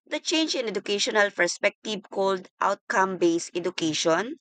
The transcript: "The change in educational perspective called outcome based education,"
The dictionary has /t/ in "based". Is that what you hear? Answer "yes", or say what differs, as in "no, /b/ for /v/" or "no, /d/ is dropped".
no, /t/ is dropped